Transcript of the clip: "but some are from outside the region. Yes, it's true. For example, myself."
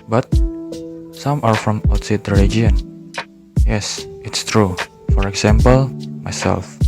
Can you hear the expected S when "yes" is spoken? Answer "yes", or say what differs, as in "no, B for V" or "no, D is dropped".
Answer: yes